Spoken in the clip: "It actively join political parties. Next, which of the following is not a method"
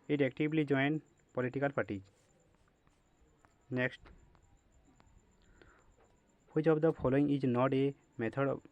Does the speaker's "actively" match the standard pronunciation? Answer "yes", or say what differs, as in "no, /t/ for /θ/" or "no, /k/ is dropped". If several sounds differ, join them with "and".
no, /b/ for /v/